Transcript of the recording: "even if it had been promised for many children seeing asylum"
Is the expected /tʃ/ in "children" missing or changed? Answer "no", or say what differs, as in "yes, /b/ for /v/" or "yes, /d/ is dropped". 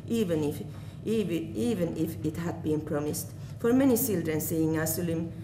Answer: yes, /s/ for /tʃ/